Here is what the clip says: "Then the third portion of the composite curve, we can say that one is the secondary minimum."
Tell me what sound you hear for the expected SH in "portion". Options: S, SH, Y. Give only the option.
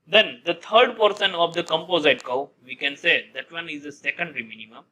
S